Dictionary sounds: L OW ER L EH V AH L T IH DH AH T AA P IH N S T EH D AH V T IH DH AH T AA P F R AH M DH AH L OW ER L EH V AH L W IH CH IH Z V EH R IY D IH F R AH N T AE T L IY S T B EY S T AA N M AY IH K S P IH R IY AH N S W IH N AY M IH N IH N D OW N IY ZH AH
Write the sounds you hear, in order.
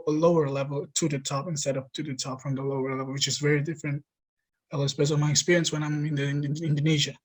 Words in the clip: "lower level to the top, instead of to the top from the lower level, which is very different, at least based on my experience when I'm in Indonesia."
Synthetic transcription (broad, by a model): L OW ER L EH V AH L T IH DH AH T AA P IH N S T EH D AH P T IH DH AH T AA P F R AH M DH AH L OW ER L EH V L W IH CH IH Z V EH R IY D IH F R AH N T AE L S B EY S AA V M AY IH K S P IH R IY AH N S W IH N AY M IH N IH N D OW N IY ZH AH